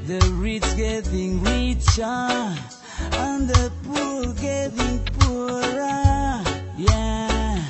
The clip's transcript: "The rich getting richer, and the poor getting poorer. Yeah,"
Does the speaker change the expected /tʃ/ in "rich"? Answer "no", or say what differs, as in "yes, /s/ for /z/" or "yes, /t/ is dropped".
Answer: yes, /s/ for /tʃ/